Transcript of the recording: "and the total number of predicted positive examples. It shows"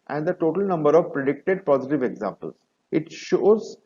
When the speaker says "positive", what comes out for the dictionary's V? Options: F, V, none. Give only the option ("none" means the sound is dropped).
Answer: V